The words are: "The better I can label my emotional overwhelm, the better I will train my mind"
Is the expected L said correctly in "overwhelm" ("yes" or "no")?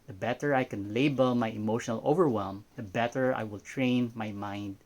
yes